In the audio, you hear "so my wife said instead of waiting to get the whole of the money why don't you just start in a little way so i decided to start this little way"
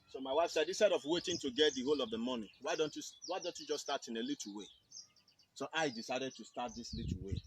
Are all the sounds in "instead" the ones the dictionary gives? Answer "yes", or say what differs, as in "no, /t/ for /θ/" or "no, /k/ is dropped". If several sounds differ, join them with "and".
no, /n/ is dropped